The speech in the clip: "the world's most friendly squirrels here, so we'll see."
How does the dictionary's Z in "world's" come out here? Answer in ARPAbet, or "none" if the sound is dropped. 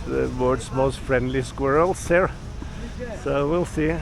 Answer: S